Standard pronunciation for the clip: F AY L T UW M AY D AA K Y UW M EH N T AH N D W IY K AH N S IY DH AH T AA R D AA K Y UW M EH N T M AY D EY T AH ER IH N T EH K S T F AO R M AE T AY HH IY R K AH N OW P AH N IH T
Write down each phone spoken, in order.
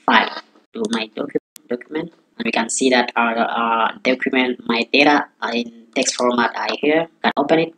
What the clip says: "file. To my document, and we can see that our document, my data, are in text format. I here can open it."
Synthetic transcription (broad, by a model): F AY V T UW M AY D AA K Y UW M EH N T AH N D W IY K AH N S IY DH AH T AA D AA K Y UW M EH N T M AY D EY T AH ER IH N T EH K S T F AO R M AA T AY HH IY R K AH N OW P AH N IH T